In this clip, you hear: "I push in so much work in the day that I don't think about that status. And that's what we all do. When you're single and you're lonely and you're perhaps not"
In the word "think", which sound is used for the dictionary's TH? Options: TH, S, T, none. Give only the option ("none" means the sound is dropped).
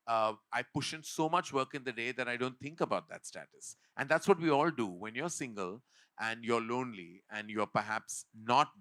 T